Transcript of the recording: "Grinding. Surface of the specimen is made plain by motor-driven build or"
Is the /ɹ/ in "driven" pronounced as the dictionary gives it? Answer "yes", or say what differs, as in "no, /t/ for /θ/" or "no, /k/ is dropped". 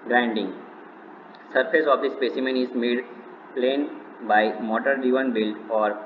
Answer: no, /ɹ/ is dropped